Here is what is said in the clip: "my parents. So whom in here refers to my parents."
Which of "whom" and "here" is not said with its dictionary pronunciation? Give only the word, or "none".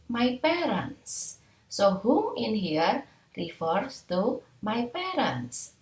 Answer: whom